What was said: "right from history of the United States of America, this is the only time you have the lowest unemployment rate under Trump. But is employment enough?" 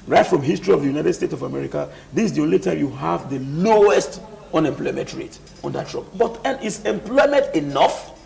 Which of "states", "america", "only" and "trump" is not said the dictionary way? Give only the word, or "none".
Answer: trump